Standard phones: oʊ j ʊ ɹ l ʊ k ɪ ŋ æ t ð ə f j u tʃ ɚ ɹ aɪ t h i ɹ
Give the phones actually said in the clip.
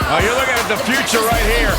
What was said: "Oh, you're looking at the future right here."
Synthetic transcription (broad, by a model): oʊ j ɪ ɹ l ʊ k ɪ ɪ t ð ə f j u tʃ ɚ ɹ aɪ t h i ɹ